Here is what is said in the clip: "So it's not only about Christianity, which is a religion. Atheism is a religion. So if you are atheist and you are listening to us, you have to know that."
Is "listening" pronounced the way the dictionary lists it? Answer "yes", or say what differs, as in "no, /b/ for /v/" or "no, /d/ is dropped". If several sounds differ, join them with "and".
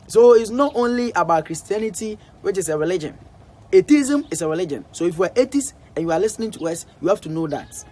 yes